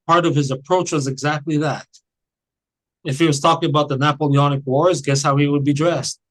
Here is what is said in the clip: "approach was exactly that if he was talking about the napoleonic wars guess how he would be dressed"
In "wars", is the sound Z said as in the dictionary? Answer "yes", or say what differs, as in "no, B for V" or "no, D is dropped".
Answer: yes